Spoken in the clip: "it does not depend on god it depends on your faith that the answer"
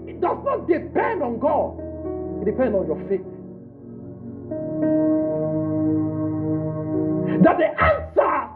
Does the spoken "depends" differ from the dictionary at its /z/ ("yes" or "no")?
yes